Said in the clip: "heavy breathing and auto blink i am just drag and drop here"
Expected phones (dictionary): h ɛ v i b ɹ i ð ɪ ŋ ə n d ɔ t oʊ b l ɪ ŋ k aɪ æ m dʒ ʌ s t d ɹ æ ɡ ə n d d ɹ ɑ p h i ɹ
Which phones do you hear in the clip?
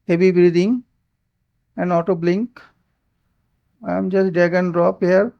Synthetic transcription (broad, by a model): h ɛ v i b ɹ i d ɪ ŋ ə n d ɔ t oʊ b l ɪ ŋ k aɪ m dʒ ʌ s t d æ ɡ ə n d d ɹ ɑ p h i ɹ